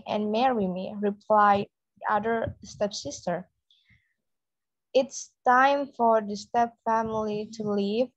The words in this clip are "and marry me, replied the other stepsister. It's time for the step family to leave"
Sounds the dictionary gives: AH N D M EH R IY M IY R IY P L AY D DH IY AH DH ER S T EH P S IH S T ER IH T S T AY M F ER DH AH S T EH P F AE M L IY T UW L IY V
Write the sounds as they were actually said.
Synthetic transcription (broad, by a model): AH N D M EH R IY M IY R IY P L AY D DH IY AH DH ER S T EH P S IH S T ER IH T S T AY M F ER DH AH S T EH P F AE M L IY T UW L IY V